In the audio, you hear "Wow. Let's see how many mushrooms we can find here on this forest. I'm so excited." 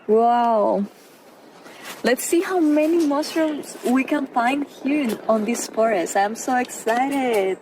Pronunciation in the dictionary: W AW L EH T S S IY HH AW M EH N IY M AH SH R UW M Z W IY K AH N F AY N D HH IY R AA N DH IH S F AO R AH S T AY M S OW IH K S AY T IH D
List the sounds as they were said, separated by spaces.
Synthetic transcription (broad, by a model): W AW L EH T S S IY HH AW M EH N IY M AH S R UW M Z W IY K AH N F AY N D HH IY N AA N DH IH S F AO R AH S T AY M S OW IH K S AY T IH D